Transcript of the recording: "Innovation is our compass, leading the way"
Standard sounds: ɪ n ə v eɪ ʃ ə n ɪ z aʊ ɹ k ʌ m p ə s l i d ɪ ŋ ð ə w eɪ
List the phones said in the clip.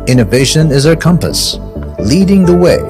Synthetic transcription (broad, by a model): ɪ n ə v eɪ ʃ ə n ɪ z aʊ ɹ k ʌ m p ə s l i d ɪ ŋ ð ə w eɪ